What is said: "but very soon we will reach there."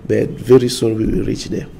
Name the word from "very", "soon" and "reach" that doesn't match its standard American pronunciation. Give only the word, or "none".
soon